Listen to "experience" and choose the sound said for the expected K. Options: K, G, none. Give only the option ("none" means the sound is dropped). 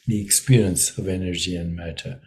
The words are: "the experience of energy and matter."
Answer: K